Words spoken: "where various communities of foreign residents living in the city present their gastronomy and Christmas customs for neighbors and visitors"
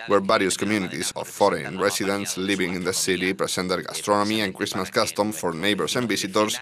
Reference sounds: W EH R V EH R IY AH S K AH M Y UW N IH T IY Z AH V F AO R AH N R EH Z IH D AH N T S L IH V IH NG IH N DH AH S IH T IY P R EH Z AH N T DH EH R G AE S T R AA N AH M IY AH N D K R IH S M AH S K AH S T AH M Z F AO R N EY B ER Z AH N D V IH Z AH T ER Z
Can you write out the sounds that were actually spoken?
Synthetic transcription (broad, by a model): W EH R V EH R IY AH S K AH M Y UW N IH T IY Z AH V F AO R AH N R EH S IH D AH N T S L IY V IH NG IH N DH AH S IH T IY P R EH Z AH N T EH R G AE S T R AA N AH M IY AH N K R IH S M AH S K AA S T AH M F AO R N EY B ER S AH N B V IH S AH T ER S